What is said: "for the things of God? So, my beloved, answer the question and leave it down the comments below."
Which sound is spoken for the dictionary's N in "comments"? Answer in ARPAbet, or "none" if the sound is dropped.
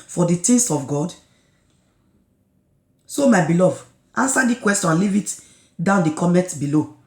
none